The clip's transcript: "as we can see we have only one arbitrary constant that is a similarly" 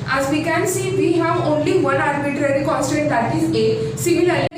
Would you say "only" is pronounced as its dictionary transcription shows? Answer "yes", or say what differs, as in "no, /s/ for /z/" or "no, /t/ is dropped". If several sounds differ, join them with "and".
yes